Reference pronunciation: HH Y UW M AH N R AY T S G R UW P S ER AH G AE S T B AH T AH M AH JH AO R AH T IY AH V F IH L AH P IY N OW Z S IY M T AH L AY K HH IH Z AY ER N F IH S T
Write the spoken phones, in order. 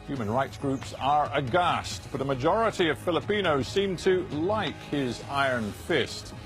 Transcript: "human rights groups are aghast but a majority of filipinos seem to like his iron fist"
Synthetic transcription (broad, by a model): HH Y UW M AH N R AY T S G R UW P S ER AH G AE S T B AH T AH M AH JH AO R AH T IY AH V F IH L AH P IY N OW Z S IY M T AH L AY K HH IH Z AY ER N F IH S T